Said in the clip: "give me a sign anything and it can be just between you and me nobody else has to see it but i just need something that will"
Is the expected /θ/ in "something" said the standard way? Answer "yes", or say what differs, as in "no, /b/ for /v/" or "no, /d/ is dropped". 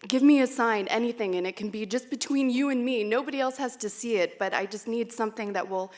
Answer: yes